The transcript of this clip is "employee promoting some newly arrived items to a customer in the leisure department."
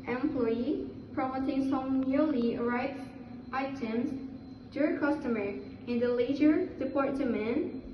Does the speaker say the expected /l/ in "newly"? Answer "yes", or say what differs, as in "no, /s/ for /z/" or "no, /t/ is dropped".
yes